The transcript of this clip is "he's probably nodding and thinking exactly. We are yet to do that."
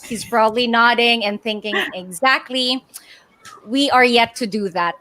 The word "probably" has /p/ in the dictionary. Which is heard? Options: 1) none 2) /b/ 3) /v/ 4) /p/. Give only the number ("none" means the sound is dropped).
2